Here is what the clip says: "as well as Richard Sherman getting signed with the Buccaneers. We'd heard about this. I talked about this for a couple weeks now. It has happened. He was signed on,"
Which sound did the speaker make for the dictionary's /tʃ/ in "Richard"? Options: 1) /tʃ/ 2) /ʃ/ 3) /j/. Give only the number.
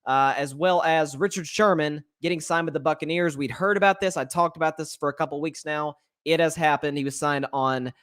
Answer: 1